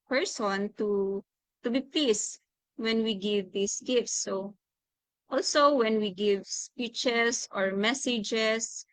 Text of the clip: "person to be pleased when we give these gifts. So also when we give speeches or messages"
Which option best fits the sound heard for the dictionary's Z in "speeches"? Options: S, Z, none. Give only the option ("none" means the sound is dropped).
S